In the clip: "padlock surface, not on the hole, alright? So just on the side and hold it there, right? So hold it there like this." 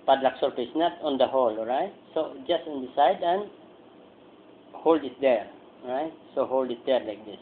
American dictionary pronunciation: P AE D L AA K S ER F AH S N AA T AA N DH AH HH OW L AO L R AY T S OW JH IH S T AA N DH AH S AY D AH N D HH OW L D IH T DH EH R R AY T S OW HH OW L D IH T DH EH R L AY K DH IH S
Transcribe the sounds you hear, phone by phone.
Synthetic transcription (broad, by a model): P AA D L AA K S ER P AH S N AA T AA N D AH HH OW L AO R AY T S OW JH IH S T AA N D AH S AY D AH N HH OW L D IH T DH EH R R AY T S OW HH OW L D IH T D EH R L AY K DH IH S